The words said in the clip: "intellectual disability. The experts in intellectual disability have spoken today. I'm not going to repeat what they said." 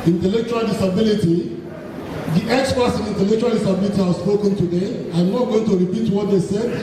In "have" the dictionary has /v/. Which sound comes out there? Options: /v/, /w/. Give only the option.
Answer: /w/